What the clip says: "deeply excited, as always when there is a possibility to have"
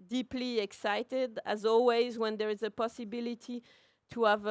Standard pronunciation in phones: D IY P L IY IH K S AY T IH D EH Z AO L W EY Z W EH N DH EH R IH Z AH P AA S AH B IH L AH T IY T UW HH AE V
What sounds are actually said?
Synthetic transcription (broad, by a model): D IY P L IY IH K S AY T IH D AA Z AO L W EY Z W EH N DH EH R IH Z AH P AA S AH B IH L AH T IY T UW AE V